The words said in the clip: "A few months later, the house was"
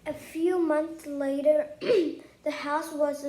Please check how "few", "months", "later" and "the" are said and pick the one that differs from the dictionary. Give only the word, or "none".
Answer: none